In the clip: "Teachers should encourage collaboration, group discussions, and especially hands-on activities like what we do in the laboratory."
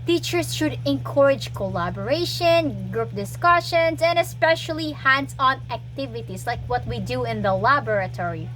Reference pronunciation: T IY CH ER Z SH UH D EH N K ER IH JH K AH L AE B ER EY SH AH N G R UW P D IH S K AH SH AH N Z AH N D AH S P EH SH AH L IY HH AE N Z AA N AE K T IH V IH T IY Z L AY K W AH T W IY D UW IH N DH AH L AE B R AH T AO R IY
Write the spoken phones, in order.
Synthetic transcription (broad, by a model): T IY CH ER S SH UH D EH N K ER IH JH K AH L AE B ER EY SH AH N G R UW P D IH S K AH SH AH N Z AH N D AH S P EH SH AH L IY HH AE N S AA N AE K T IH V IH T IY S L AY K W AH T W IY D UW IH N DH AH L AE B R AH T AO R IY